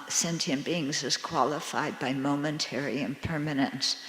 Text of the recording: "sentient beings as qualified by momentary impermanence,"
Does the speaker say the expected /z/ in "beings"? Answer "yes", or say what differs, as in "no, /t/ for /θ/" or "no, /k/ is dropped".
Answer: yes